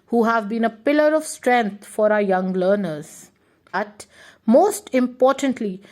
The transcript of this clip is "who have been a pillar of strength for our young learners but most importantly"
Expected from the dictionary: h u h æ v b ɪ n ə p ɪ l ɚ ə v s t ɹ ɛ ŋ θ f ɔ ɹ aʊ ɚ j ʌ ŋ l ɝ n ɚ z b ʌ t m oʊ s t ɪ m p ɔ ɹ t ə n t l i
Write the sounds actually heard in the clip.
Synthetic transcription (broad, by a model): h u h æ v b ɪ n ə p ɪ l ɚ ə v s t ɹ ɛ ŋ t f ɔ ɹ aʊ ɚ j ʌ ŋ l ɝ n ɚ z b ʌ t m oʊ s t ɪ m p ɔ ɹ t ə n t l i